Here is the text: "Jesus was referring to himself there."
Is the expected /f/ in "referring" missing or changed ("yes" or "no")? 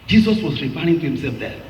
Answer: yes